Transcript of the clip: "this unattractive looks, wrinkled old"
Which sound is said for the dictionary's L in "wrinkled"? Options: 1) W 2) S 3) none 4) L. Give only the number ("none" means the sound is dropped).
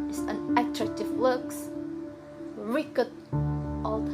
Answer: 3